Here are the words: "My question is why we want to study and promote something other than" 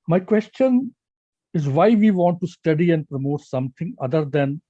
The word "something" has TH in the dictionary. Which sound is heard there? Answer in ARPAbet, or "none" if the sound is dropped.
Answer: T